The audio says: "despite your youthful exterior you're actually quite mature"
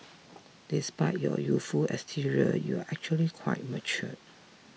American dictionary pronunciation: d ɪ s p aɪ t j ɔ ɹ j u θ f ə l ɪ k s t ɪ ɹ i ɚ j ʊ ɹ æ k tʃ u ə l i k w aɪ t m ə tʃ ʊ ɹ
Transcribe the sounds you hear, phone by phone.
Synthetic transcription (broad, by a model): d ɪ s p aɪ t j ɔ j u t f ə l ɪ s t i ɹ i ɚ j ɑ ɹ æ k tʃ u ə l i k w aɪ t m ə tʃ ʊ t